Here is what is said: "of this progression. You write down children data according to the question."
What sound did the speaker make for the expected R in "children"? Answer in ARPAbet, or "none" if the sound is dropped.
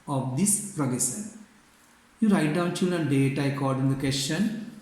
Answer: none